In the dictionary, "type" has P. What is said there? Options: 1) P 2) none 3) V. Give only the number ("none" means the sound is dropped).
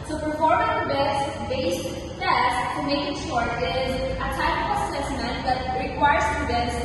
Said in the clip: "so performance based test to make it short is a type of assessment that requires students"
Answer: 2